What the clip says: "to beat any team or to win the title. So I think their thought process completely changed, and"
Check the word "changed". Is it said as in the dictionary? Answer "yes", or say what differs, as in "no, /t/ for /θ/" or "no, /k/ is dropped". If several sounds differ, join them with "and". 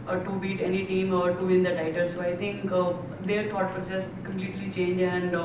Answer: no, /d/ is dropped